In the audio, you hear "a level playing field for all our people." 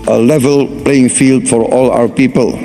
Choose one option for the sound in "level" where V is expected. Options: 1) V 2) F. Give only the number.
1